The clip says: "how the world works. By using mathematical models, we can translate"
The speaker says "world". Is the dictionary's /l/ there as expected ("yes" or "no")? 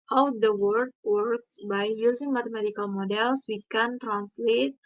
no